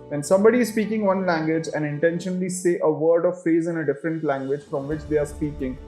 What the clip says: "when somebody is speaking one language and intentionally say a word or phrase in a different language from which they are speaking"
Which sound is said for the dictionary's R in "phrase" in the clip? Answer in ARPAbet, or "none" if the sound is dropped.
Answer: none